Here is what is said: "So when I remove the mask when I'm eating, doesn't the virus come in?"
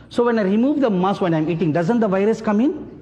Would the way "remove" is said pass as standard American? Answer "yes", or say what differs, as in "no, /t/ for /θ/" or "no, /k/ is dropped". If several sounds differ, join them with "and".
yes